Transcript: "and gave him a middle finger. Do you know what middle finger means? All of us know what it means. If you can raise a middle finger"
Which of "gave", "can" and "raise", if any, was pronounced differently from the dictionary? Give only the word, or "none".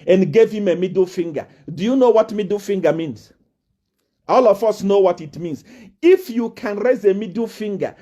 none